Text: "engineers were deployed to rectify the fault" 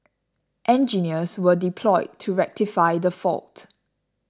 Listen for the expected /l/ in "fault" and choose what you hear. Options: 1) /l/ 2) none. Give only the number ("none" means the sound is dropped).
1